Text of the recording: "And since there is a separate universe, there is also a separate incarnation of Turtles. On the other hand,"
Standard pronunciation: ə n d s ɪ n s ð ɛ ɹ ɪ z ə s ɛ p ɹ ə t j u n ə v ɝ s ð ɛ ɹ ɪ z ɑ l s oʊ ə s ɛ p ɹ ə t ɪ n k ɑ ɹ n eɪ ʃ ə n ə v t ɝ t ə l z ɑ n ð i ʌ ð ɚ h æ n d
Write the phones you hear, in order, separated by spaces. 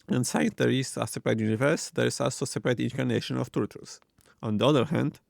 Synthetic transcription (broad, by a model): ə n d s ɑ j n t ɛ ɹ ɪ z ə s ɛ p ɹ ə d j u n ə v ɝ s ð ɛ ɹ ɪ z ɑ l s oʊ s ɛ p ɹ ə t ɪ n k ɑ ɹ n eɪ ʃ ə n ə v t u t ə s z ɑ n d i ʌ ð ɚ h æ n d